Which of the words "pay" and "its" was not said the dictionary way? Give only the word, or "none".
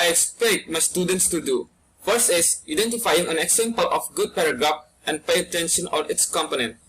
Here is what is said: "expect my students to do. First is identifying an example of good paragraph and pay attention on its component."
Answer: none